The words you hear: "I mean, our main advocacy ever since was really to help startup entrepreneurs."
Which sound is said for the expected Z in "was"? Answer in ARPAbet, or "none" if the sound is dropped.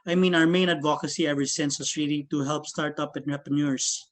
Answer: S